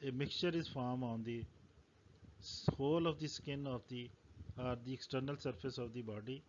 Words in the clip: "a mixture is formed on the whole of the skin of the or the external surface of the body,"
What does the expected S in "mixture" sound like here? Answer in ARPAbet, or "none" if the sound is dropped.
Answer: none